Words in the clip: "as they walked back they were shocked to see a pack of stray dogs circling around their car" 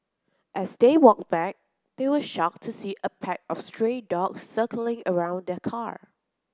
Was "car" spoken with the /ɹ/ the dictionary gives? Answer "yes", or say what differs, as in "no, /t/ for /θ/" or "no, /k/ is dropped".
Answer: yes